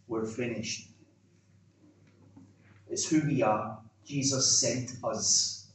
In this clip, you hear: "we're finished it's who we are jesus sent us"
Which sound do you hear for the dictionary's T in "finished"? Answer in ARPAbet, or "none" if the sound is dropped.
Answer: T